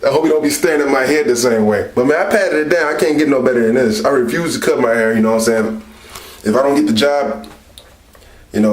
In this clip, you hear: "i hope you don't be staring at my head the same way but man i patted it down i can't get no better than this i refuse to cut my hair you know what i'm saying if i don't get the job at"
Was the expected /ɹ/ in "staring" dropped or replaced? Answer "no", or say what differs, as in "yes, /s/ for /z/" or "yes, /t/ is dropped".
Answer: yes, /ɹ/ is dropped